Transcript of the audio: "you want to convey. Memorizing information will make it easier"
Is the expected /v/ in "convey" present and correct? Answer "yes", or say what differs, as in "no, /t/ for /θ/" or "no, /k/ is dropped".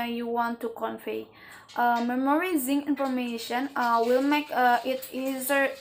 no, /f/ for /v/